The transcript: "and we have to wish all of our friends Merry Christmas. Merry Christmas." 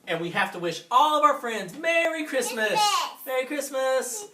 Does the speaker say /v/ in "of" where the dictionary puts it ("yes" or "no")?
yes